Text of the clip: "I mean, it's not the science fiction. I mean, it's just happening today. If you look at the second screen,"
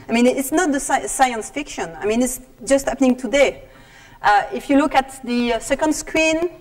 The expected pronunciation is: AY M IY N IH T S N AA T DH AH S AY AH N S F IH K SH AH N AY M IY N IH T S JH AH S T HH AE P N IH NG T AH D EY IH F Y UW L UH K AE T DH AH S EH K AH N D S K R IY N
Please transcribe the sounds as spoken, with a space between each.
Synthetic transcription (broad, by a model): AY M IY N IH T S N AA T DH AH S AY AH N S F IH K SH AH N AY M IY N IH T S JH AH S T HH AE P N IH NG T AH D EY IH F Y UW L UH K AE T DH AH S EH K AH N D S K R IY N